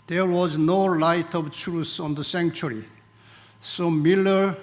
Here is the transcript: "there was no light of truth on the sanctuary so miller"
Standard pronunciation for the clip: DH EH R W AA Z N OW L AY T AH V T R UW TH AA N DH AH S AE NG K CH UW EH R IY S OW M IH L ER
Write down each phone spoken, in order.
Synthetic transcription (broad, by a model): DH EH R W AA Z N OW L AY T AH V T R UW S AA N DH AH S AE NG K CH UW R IY S OW M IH L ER